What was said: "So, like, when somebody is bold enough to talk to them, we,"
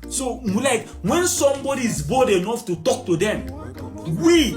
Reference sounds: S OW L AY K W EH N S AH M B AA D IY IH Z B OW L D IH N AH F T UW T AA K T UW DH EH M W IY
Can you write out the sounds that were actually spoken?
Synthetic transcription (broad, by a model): S OW L AY K W EH N S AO M B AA D IY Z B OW D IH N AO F T UW T AA K T UW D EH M W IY